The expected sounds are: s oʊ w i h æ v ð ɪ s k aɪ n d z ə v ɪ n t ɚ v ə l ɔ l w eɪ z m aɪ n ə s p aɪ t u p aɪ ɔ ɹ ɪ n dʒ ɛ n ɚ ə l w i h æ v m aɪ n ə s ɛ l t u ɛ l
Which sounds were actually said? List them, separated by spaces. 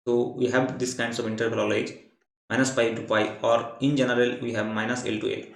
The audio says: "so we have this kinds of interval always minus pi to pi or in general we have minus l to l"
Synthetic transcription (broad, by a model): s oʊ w i h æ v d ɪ s k aɪ n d s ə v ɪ n t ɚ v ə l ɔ l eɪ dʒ m aɪ n ə s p aɪ t u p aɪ ɔ ɹ ɪ n dʒ ɛ n ɚ ə l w i h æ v m aɪ n ə s ɛ l t u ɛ l